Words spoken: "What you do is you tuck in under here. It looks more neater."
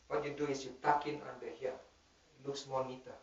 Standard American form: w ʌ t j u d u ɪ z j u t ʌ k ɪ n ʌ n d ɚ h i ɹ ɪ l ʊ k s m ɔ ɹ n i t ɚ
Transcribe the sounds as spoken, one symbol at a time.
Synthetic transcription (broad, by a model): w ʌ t j u d u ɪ s j u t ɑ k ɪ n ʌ n d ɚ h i ɪ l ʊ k s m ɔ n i t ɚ